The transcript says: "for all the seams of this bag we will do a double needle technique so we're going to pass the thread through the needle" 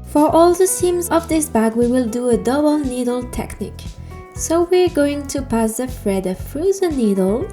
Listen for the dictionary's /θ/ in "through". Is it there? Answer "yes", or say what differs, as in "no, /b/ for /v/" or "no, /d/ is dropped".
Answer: no, /f/ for /θ/